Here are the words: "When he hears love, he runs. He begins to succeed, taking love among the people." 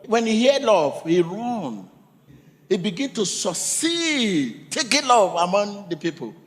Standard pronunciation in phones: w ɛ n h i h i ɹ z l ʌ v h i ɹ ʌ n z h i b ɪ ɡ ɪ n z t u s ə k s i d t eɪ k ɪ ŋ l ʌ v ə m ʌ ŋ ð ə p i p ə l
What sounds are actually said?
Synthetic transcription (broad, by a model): w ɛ n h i h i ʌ l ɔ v h i ɹ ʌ n h i b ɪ ɡ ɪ n t u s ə s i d t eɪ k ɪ l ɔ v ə m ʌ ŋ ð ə p i p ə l